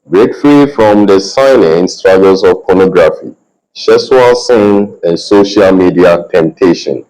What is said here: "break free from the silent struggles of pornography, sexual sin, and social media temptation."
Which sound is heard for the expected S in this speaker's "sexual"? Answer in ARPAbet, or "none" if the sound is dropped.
SH